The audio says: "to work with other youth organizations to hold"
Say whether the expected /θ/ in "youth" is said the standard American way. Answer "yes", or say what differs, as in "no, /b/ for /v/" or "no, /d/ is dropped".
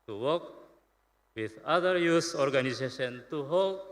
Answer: no, /s/ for /θ/